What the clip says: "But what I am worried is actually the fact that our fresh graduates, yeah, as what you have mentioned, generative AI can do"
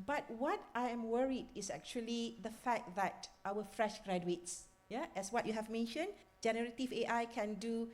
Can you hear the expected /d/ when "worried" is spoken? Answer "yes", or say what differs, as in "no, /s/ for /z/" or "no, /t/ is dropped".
yes